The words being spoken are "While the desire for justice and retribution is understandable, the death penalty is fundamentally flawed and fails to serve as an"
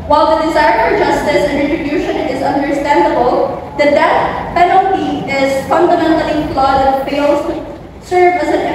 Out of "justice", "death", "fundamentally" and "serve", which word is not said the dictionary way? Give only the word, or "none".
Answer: death